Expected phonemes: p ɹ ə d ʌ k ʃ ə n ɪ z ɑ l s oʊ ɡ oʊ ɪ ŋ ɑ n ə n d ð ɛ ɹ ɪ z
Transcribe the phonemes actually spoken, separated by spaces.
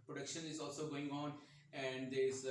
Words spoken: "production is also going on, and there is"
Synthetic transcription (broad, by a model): p ɹ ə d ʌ k ʃ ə n ɪ z ɑ l s oʊ ɡ oʊ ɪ ŋ ɑ n ə n d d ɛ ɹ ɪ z